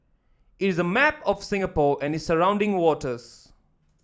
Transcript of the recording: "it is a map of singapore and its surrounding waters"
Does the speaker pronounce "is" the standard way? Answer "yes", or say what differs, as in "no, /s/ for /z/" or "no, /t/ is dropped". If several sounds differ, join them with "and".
yes